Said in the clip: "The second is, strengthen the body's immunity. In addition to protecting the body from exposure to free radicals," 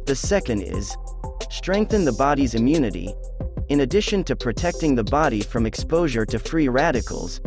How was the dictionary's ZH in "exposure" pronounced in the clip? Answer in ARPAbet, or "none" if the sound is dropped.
ZH